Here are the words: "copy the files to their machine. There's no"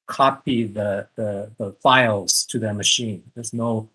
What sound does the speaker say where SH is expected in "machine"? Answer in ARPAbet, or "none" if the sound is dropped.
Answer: SH